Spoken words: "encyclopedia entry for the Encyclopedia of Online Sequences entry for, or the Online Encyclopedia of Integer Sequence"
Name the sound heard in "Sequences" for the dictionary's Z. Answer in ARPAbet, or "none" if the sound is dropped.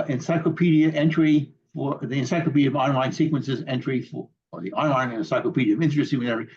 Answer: Z